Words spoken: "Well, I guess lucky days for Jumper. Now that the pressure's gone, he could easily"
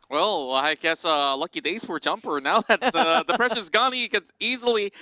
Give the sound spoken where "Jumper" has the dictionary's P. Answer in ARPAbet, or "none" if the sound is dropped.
P